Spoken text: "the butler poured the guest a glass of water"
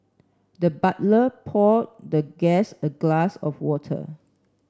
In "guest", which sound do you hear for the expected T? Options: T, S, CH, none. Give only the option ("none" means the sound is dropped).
none